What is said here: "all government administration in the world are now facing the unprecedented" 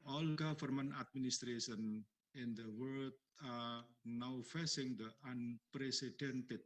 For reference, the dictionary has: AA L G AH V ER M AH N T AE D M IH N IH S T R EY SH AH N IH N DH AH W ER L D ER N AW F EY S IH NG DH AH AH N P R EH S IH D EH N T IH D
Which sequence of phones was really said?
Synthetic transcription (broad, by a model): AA L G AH F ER M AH N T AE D M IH N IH S T R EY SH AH N IH N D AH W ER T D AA N AW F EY S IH NG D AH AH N P R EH S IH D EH N T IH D